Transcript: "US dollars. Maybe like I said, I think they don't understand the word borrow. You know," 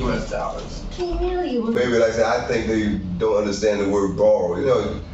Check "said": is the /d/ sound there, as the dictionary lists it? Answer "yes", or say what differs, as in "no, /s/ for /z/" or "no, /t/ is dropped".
no, /d/ is dropped